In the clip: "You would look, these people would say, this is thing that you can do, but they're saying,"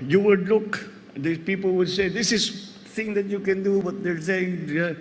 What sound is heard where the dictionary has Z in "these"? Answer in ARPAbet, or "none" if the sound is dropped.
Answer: none